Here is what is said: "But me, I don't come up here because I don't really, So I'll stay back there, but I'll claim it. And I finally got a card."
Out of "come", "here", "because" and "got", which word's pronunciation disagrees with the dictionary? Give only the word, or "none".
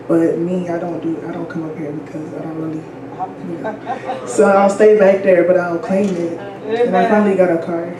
none